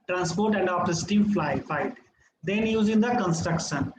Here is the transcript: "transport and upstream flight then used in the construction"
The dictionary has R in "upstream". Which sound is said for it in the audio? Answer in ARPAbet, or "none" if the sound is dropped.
none